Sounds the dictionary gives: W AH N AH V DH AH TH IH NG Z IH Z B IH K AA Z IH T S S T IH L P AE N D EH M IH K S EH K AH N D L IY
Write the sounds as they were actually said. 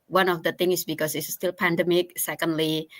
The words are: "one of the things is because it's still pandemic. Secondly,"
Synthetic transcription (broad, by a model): W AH N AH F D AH T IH NG IH S B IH K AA S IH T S S T IH L P AE N D EH M IH K S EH K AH N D L IY